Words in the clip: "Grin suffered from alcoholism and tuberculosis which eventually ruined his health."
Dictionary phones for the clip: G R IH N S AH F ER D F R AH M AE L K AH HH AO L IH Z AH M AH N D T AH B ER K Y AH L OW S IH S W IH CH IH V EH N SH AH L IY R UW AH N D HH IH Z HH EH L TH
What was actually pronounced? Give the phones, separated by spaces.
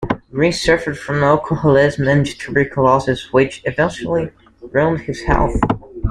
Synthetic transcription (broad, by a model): R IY S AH F ER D F R AH M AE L K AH HH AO L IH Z M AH N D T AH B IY K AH L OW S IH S W IH CH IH V EH N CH L IY R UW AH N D HH IH Z HH EH L TH